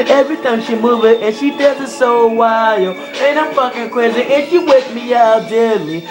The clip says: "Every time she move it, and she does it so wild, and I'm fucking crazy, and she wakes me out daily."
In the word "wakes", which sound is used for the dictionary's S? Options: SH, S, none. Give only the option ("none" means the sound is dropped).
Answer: none